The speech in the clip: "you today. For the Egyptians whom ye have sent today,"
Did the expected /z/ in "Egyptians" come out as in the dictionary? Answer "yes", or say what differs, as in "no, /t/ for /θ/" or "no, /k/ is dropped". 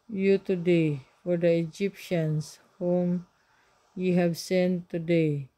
no, /s/ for /z/